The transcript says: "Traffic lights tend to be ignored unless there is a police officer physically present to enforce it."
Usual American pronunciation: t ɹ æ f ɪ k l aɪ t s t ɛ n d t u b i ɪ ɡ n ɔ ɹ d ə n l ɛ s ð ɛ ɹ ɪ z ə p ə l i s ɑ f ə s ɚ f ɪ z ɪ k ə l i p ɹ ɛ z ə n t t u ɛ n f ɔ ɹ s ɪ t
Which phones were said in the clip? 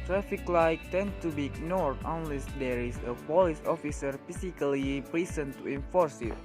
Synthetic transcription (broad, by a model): t ɹ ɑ f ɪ k l aɪ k t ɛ n t u b i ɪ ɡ n ɔ ɹ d ə n l ɛ s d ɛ ɹ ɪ s ə p ə l i s ɑ f ə s ɚ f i s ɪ k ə l i p ɹ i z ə n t t u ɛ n f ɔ ɹ s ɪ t